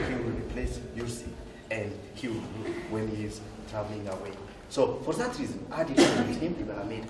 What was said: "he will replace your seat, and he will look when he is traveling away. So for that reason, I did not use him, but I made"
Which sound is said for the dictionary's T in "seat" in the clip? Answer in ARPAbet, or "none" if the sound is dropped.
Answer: none